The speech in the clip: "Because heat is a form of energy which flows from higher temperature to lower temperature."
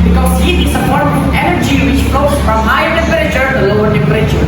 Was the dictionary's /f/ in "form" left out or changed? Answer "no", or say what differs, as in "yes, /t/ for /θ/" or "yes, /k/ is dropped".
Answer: yes, /p/ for /f/